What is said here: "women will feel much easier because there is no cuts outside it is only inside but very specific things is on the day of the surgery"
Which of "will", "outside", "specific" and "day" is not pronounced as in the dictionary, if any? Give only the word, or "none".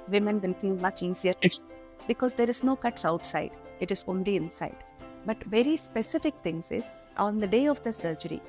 will